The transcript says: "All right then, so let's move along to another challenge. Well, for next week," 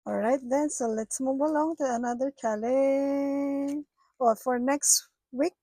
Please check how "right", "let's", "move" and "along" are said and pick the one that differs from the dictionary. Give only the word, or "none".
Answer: move